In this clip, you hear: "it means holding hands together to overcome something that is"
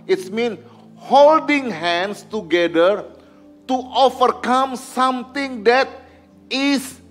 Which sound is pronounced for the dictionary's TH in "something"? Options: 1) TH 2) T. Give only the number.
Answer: 2